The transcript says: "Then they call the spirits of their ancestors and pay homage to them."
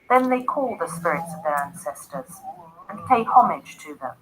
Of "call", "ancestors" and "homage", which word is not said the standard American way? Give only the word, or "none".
none